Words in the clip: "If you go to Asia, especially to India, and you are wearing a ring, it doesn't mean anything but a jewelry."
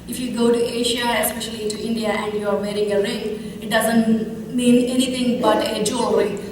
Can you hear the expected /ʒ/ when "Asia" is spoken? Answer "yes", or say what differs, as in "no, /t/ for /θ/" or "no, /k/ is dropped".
no, /ʃ/ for /ʒ/